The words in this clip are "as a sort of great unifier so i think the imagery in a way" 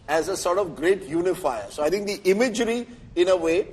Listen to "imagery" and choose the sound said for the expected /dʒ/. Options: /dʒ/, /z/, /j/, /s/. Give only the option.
/dʒ/